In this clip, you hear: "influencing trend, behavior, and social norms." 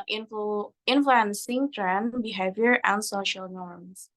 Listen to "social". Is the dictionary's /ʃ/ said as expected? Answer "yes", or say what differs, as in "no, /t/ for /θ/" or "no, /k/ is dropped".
yes